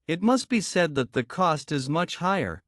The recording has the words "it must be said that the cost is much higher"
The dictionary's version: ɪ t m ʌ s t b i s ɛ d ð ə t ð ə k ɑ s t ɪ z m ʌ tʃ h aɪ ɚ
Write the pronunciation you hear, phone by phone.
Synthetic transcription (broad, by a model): ɪ t m ʌ s t b i s ɛ d ð ə t ð ə k ɑ s t ɪ z m ʌ tʃ h aɪ ɚ